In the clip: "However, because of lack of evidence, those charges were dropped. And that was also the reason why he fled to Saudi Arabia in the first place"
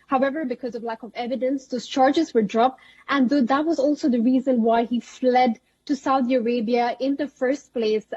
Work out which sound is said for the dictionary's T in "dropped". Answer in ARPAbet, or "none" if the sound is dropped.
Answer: T